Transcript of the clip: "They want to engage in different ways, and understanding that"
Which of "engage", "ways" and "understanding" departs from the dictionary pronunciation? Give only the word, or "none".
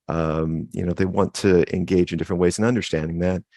none